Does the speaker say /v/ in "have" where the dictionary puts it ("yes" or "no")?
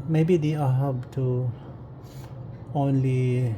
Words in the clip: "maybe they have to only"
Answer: no